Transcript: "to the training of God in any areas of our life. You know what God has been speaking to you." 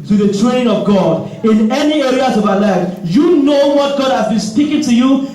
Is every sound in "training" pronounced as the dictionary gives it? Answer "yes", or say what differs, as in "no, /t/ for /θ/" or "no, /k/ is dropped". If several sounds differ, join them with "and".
no, /n/ is dropped